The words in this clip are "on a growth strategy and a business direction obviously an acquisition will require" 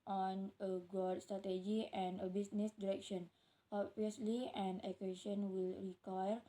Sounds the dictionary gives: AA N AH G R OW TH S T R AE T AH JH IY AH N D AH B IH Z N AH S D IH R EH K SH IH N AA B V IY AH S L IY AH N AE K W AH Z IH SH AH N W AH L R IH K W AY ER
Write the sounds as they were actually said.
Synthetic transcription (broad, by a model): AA N AH G OW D S T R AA T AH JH IY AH N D AH B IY S N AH S D IH R EH K SH IH N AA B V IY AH S L IY AH N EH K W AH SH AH N W AH L R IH K W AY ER